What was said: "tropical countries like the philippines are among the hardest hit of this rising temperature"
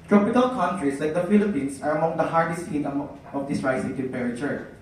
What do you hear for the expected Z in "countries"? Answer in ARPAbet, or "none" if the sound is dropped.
S